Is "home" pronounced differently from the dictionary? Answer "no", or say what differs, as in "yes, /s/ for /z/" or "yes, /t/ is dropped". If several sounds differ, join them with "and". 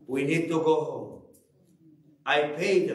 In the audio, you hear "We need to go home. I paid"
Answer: yes, /m/ is dropped